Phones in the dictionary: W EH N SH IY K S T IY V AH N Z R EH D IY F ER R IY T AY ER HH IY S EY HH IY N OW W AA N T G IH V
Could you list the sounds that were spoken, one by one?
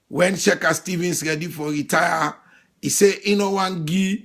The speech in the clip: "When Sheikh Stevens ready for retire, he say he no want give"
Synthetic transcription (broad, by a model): W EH N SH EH K S T IY V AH N S R EH D IY F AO R IY T AY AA IY S EY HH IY N OW W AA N G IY